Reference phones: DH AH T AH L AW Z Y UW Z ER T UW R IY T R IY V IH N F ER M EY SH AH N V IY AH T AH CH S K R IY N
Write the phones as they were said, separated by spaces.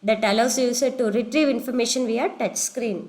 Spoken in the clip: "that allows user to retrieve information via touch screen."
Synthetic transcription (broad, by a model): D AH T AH L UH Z Y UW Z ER T UW R IY T R IY V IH N F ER M EY SH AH N V IY AH T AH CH S K R IY N